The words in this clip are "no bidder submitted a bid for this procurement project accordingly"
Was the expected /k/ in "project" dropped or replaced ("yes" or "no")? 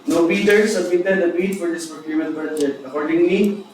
yes